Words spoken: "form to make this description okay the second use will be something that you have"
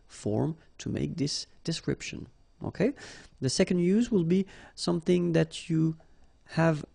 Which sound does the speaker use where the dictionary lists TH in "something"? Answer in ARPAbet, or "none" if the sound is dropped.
TH